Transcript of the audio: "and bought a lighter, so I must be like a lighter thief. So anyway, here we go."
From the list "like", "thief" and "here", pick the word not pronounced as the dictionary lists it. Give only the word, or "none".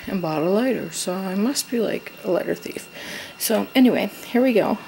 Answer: none